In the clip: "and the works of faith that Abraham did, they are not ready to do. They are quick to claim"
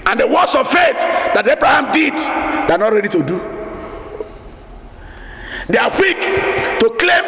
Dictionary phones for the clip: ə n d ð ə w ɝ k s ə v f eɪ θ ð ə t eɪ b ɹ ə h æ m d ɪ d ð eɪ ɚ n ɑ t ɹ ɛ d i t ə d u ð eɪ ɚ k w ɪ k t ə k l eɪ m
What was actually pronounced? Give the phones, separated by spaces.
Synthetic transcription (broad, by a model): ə n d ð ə w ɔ s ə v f eɪ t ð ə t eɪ b ɹ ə h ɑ m d ɪ d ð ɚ n ɑ t ɹ ɛ d i t ə d u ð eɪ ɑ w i k t ə k l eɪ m